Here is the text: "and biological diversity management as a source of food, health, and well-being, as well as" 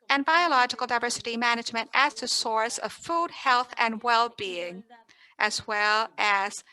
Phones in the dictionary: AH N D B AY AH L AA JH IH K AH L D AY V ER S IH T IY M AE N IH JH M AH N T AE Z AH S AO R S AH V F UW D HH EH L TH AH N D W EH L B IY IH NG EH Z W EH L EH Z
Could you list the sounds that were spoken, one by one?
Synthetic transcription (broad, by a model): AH N B AY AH L AA JH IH K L D AY V ER S IH T IY M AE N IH JH M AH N T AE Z AH S AO R S AH V F UW D HH EH L TH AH N W EH L B IY IH NG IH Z W EH L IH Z